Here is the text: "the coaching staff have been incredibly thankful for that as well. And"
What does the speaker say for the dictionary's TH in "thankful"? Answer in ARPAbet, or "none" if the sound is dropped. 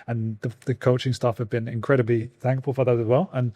TH